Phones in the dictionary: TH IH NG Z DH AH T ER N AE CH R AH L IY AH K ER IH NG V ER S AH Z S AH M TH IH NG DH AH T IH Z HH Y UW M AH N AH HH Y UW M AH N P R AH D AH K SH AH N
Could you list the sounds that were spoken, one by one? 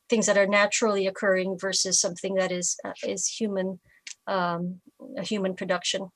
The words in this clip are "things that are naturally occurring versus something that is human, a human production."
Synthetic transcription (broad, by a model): TH IH NG Z DH AH T ER N AE CH R L IY AH K ER IH NG V ER S AH Z S AH M TH IH NG DH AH T IH Z HH Y UW M AH N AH HH Y UW M AH N P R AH D AH K SH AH N